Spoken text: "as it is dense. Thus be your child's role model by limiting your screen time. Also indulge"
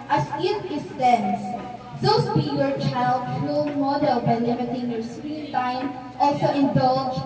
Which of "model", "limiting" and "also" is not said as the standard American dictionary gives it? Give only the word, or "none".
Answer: limiting